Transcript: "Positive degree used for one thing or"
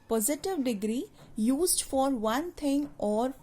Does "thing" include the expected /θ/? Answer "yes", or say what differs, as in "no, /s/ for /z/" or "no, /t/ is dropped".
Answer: no, /t/ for /θ/